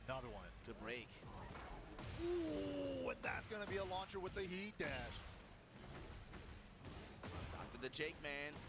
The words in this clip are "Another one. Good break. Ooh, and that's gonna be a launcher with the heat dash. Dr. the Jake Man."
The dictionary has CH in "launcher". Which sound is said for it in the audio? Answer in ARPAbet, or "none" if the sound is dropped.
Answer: CH